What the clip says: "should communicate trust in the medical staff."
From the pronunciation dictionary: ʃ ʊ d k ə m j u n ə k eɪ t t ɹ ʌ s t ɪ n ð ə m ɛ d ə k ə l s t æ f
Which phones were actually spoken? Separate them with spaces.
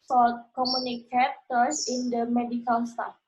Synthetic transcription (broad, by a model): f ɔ k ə m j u n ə k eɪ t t ʌ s ɪ n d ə m ɛ d ə k ə l s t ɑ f